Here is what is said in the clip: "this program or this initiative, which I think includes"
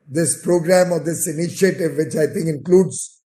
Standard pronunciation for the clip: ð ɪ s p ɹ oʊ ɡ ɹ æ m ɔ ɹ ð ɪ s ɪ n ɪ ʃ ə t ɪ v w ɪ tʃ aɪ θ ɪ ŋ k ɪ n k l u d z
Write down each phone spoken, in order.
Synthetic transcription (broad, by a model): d ɪ s p ɹ oʊ ɡ ɹ æ m ɔ ɹ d ɪ s ɪ n ɪ ʃ ə t ɪ v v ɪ tʃ aɪ t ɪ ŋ k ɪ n k l u d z